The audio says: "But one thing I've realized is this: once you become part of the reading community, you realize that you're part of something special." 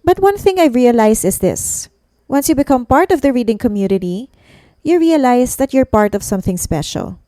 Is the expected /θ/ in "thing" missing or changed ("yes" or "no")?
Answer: no